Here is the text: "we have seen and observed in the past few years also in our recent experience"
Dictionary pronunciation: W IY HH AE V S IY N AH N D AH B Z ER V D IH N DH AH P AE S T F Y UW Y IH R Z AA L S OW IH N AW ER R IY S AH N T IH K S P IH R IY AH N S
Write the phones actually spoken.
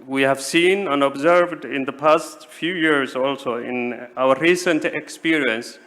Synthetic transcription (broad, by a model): W IY HH AE V S IY N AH N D AH B Z ER V D IH N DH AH P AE S T F Y UW Y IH R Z AA L S OW IH N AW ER R IY S AH N T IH K S P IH R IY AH N S